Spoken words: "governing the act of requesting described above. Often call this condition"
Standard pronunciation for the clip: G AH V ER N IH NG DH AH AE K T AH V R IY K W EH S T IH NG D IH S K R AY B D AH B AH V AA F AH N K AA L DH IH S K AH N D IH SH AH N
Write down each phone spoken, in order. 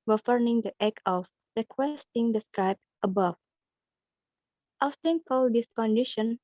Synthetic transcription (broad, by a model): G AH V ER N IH NG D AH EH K AH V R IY K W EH S T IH NG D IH S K R AY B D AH B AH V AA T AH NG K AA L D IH S K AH N D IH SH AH N